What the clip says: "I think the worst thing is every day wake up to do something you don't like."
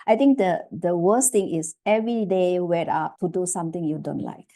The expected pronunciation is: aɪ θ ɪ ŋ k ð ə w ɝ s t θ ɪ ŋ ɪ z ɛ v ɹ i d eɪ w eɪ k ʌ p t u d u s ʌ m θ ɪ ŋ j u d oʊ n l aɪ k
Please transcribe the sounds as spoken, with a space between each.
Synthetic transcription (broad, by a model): aɪ t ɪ ŋ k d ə w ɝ s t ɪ ŋ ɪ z ɛ v ɹ i d eɪ w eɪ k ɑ p t u d u s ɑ m t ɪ ŋ j u d oʊ n l aɪ k